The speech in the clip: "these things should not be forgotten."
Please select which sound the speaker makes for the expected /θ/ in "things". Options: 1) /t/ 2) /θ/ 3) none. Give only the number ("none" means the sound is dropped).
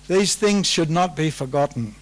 2